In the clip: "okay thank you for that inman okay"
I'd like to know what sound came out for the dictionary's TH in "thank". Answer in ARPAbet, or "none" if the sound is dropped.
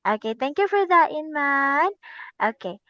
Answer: T